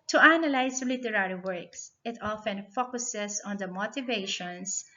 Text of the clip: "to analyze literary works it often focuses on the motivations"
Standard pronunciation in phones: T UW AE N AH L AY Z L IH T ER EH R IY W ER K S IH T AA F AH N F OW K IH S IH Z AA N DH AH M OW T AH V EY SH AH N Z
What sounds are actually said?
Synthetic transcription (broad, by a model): T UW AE N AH L AY S L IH T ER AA R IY W ER K S IH T AA F AH N F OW K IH S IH S AA N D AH M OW T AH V EY SH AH N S